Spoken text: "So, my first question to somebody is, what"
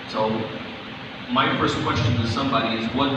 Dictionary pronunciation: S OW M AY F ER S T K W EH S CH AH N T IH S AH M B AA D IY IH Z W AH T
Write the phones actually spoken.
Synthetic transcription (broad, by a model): S OW M AY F ER S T K W EH S CH AH N T IH S AH M B AA D IY IH Z W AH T